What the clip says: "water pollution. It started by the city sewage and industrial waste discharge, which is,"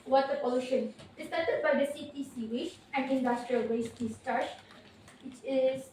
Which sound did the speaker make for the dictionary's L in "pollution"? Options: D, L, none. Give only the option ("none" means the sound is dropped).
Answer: none